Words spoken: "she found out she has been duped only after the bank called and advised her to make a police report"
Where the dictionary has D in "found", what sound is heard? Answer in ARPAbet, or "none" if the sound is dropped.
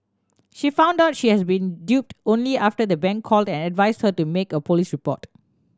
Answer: D